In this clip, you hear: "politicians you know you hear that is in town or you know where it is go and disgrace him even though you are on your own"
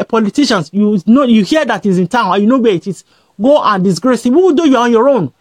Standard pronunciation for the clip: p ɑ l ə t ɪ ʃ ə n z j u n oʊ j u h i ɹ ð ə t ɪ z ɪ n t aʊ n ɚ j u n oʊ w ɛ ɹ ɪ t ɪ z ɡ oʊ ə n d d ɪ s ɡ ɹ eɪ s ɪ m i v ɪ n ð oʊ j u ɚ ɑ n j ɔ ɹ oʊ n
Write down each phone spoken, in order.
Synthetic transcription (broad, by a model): p ɑ l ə t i ʃ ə n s j u n oʊ j u h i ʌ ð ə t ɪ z ɪ n t aʊ n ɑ j u n oʊ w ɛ ɪ t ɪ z ɡ oʊ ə n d d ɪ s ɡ ɹ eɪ s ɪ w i w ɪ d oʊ j u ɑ ɑ n j ɔ ɹ oʊ n